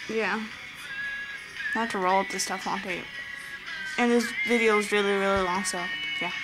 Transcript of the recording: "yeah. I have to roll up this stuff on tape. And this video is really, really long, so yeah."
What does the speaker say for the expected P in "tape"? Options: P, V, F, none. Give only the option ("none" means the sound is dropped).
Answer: none